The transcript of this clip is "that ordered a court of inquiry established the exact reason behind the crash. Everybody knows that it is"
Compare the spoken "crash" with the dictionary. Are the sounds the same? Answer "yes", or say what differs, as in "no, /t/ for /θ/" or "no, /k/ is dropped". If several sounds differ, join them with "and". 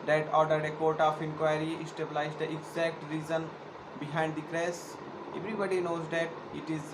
no, /s/ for /ʃ/